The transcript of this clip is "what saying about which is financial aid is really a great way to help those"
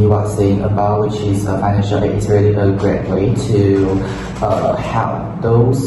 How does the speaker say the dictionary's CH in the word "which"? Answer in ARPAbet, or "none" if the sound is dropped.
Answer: CH